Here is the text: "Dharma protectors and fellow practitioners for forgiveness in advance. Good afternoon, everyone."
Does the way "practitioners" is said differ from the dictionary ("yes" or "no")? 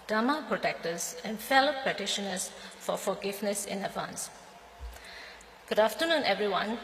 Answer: yes